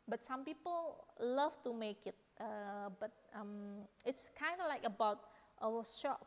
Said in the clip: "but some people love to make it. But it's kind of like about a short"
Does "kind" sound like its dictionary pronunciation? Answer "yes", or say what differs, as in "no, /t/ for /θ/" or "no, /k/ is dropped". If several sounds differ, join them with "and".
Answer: yes